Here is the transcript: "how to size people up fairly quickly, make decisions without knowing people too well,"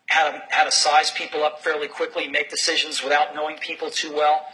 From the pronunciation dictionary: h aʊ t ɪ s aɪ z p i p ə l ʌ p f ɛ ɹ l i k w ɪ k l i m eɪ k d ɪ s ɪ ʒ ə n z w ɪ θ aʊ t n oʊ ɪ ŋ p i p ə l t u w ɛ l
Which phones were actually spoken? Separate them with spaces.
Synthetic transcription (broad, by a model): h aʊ t ɪ s aɪ z p i p l ʌ p f ɛ ɹ l i k w ɪ k l i m eɪ k d ɪ s ɪ ʒ ə n z w ɪ θ aʊ t n oʊ ɪ ŋ p i p l t u w ɛ l